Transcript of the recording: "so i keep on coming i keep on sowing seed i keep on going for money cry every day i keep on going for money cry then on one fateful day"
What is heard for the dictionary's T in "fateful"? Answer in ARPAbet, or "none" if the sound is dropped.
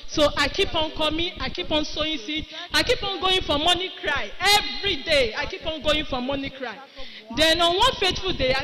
T